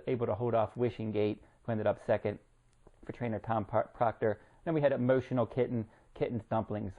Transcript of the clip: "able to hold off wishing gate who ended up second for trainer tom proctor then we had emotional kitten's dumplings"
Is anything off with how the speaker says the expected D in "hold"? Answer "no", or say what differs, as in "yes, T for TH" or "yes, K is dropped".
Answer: no